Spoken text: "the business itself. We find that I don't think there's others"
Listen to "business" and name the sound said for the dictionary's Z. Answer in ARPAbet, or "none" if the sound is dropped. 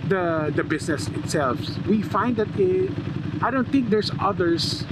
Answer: S